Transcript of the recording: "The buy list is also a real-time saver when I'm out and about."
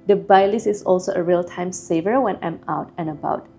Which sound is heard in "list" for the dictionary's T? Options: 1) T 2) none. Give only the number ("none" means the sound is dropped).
2